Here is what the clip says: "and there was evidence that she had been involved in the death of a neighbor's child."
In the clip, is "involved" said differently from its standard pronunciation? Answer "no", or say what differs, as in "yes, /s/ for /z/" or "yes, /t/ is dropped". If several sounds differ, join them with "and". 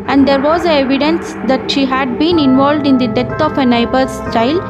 no